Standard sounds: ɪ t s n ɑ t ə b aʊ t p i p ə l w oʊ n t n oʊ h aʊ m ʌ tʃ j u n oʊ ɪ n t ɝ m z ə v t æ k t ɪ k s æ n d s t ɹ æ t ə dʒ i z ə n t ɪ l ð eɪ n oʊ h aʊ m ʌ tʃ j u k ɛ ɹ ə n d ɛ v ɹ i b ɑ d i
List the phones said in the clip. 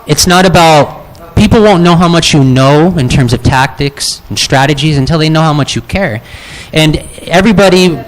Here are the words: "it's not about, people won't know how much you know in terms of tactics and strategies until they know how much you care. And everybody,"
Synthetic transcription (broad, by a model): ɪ t s n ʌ t ə b aʊ t p i p l w oʊ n n oʊ h aʊ m ʌ tʃ j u n oʊ ɪ n t ɝ m z ə v t æ k t ɪ k s n s t ɹ æ t ə dʒ i z ə n t ɪ l ð eɪ n oʊ h aʊ m ʌ tʃ j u k ɛ ɹ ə n ɛ v ɹ i b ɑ d i